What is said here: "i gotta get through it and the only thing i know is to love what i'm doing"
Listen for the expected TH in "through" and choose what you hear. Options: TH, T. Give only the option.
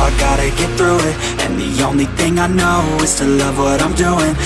TH